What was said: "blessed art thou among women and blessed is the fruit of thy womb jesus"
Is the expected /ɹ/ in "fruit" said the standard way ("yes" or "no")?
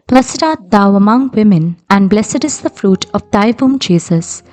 yes